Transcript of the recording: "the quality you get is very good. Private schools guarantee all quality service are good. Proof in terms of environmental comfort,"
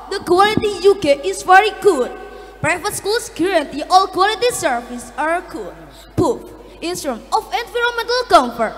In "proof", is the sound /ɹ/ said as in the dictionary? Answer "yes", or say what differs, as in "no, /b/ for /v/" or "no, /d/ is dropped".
no, /ɹ/ is dropped